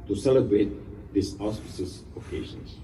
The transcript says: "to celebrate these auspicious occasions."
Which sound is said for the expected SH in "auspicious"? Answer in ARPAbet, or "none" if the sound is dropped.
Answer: S